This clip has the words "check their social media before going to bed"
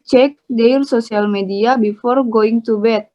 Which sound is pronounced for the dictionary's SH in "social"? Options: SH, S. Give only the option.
S